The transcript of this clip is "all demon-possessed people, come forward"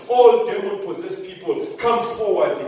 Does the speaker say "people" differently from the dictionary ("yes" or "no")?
no